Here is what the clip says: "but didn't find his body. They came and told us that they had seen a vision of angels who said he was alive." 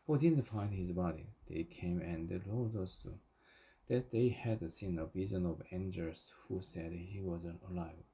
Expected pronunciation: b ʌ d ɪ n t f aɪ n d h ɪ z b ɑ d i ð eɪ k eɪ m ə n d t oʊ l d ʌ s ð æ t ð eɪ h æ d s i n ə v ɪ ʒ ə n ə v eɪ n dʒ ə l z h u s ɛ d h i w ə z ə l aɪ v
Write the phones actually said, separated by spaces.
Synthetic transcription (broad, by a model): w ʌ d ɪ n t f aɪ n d h ɪ z b ɑ d i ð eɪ k eɪ m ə n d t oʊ d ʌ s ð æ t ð eɪ h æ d s i n ə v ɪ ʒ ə n ə v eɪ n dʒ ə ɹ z h u s ɛ d h i w ə z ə l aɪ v